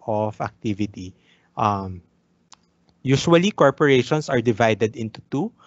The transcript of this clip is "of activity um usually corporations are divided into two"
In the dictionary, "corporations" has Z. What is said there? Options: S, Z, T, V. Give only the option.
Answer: S